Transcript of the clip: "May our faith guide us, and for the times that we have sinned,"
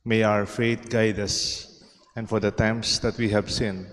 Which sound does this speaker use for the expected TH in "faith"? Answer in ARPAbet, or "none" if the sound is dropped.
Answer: T